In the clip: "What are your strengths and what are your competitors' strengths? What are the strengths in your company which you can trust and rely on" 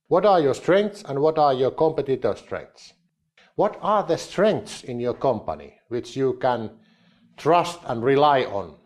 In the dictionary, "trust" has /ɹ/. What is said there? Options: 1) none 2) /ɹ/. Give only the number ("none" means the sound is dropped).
2